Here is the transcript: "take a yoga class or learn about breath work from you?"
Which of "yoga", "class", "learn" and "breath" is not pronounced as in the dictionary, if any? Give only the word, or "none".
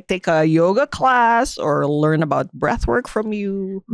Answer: none